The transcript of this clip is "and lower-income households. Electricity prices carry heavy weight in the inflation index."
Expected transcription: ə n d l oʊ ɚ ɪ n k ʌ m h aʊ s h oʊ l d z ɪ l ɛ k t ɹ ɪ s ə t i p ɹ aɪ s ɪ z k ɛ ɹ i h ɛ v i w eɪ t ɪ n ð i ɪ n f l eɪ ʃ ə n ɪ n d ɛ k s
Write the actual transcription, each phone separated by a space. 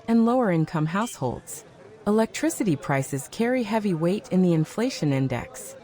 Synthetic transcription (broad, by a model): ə n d l oʊ ɚ ɪ n k ʌ m h aʊ s h oʊ l d z ɪ l ɛ k t ɹ ɪ s ə t i p ɹ aɪ s ɪ z k ɛ ɹ i h ɛ v i w eɪ t ɪ n ð i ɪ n f l eɪ ʃ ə n ɪ n d ɛ k s